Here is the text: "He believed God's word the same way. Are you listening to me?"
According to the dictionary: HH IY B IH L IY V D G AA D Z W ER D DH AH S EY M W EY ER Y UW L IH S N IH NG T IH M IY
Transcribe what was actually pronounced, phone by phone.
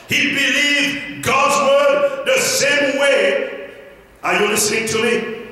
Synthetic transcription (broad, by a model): HH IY B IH L IY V G AA D Z W ER D DH AH S EY M W EY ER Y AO N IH S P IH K T IH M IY